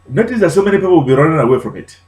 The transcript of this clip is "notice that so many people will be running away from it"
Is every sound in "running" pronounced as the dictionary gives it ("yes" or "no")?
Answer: no